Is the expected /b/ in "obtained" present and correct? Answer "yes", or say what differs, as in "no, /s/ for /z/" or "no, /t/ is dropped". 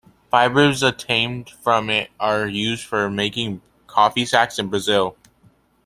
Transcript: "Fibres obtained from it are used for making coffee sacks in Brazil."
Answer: no, /b/ is dropped